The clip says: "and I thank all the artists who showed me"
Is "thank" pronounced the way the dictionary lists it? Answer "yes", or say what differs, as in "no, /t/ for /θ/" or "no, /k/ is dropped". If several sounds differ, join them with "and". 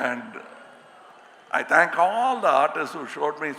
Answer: no, /t/ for /θ/